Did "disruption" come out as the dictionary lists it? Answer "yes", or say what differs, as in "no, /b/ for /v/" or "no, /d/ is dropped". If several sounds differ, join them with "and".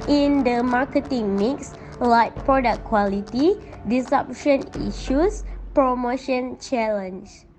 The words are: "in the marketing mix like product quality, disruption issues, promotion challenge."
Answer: no, /ɹ/ is dropped